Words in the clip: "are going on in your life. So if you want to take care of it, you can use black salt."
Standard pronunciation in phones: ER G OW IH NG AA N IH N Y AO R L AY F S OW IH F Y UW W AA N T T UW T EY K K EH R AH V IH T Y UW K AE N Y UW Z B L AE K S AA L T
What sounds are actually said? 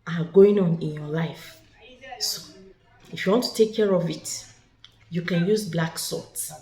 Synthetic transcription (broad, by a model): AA G OW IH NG AA N IH N Y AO L AY F S OW IH F Y UW W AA N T T UW T EY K K EH R AH V IH T Y UW K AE N Y UW Z B L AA K S AA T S